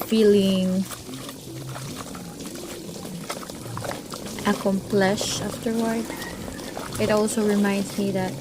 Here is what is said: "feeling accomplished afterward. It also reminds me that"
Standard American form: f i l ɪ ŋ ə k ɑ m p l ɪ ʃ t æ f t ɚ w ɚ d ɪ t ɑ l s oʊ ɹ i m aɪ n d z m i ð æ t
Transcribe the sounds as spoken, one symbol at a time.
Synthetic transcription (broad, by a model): f i l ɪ ŋ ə k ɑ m p l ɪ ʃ æ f t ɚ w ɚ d ɪ t ɑ l s oʊ ɹ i m aɪ n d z m i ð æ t